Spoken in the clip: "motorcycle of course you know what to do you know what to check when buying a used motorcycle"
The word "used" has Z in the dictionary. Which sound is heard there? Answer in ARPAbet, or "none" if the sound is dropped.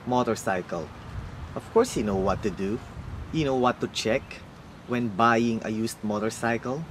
S